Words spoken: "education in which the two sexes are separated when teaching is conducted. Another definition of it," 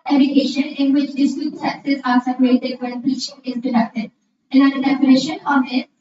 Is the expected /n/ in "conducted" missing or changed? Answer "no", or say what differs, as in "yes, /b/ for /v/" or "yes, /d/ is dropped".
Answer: yes, /n/ is dropped